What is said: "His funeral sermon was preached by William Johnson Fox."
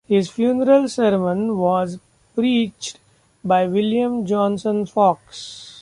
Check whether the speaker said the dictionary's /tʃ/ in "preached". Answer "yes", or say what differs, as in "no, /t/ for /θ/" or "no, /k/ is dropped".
yes